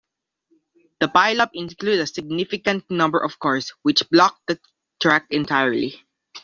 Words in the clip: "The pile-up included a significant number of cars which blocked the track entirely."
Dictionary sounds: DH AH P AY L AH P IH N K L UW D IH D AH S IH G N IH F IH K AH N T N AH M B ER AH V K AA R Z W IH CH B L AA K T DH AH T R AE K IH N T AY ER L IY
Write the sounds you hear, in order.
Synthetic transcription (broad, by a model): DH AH P AY L AH P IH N K L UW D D AH S IH G N IH F IH K AH N T N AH M B ER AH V K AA R S W IH CH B L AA K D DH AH T R AE K IH N T AY ER L IY